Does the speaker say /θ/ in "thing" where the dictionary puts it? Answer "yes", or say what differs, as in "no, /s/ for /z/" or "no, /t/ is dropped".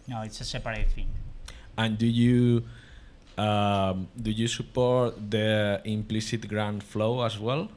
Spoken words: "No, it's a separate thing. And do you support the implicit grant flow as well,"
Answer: no, /f/ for /θ/